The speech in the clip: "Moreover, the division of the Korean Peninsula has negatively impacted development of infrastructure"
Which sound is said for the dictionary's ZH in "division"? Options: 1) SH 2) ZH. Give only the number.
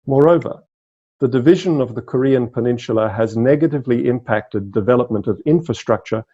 2